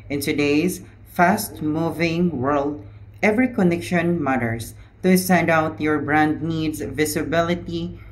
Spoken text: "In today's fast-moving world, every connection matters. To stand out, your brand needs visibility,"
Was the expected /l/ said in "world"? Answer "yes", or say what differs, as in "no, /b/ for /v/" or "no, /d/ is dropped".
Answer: yes